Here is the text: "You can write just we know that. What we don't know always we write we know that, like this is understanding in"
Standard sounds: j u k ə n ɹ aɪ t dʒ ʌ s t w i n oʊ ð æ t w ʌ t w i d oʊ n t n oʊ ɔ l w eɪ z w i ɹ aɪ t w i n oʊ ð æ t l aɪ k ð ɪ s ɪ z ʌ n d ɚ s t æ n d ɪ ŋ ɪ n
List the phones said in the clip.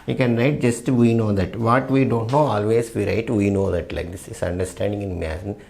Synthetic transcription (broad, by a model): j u k ə n ɹ aɪ t dʒ ʌ s t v i n oʊ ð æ t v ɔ t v i d oʊ n t n oʊ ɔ l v eɪ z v i ɹ aɪ t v i n oʊ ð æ t l aɪ k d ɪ s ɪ s ʌ n d ɚ s t æ n d ɪ ŋ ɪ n